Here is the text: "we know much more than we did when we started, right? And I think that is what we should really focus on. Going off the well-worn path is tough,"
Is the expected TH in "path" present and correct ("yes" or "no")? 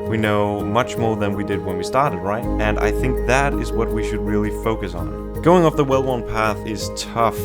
yes